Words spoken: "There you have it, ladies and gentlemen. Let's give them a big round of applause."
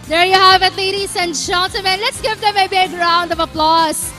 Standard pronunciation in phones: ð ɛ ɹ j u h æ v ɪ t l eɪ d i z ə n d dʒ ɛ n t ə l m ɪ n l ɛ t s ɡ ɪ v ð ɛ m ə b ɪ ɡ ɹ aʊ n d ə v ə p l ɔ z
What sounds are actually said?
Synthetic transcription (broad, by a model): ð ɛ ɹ j u h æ v ɪ t l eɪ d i s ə n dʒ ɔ n s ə m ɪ n l ɛ t s ɡ ɪ v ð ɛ m ə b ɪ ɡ ɹ aʊ n d ə v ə p l ɔ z